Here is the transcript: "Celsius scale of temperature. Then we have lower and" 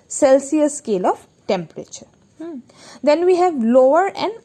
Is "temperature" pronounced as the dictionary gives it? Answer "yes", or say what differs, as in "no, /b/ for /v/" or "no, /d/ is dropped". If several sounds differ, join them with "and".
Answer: yes